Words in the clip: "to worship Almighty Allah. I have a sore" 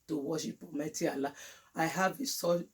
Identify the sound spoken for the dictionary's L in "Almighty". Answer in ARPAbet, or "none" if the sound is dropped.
none